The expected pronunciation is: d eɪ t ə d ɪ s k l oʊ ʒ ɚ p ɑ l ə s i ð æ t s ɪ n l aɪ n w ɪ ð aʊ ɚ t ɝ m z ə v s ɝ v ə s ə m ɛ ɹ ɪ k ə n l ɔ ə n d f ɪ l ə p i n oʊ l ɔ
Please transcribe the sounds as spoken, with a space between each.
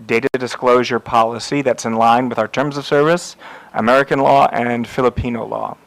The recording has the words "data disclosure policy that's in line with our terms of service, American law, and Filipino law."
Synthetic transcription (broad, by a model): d eɪ t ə d ɪ s k l oʊ ʒ ɚ p ɑ l ə s i ð æ t s ɪ n l aɪ n w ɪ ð aʊ ɚ t ɝ m z ə v s ɝ v ə s ə m ɛ ɹ ɪ k ə n l ɔ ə n f ɪ l ə p i n oʊ l ɔ